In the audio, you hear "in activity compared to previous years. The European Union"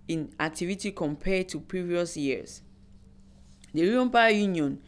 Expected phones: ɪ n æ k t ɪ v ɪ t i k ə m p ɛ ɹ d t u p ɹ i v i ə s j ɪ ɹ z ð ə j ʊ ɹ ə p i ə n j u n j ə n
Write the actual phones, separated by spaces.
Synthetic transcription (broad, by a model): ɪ n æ k t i v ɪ t i k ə m p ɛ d t u p ɹ i v i ə s j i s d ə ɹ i ə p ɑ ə j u n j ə n